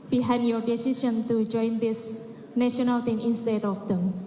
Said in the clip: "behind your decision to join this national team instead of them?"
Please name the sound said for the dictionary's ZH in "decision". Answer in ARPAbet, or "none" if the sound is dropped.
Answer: SH